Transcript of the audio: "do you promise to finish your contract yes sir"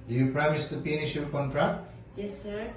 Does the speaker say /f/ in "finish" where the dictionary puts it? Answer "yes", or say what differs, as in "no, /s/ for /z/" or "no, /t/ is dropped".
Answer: no, /p/ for /f/